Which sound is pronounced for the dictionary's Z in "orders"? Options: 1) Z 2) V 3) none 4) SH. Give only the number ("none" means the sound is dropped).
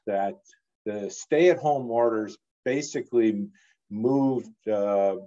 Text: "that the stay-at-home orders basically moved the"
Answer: 1